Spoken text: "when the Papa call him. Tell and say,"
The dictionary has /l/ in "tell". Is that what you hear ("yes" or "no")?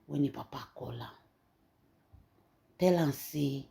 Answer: yes